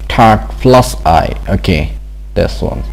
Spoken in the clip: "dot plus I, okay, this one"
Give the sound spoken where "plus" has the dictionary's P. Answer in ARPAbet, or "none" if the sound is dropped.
F